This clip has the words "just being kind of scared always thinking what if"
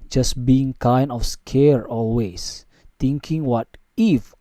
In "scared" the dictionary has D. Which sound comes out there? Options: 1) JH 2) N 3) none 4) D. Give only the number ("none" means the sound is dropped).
3